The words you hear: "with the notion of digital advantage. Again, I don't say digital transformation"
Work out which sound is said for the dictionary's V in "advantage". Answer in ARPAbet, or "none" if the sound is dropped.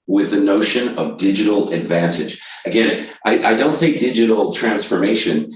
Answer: V